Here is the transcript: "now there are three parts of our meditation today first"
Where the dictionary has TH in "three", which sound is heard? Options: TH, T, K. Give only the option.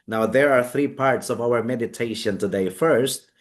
TH